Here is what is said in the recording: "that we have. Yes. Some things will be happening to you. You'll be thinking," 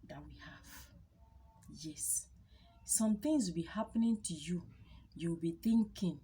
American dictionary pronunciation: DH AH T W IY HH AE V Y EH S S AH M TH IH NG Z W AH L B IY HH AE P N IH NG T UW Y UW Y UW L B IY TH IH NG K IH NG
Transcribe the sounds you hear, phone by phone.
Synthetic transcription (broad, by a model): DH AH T W IY HH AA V Y EH S S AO M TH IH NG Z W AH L B IY HH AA P N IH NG T UW Y UW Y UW W B IY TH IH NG K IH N